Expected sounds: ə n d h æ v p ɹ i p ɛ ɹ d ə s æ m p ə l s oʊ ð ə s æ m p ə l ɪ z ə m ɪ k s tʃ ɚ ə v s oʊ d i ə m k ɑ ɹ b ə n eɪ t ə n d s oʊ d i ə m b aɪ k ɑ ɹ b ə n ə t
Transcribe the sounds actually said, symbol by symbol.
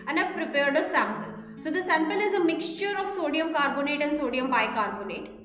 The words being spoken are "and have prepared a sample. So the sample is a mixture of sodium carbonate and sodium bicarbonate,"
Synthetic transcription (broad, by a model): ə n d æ p ɹ i p ɛ ɹ d ə s æ m p ə l s oʊ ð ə s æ m p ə l ɪ z ə m ɪ k s tʃ ɚ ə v s oʊ d i ə m k ɑ ɹ b ə n eɪ t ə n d s oʊ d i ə m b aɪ k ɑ ɹ b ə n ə t